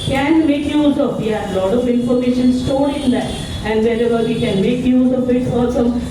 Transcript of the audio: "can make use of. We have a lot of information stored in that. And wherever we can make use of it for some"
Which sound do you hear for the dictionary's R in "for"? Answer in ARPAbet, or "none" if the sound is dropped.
L